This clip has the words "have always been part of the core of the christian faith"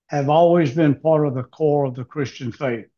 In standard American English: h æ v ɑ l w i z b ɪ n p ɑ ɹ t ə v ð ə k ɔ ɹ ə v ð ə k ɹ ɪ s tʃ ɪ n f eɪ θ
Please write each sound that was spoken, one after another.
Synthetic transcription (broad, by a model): h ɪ v ɑ l w i z b ɪ n p ɑ ɹ t ə v ð ə k ɔ ɹ ə v ð ə k ɹ ɪ s tʃ ɪ n f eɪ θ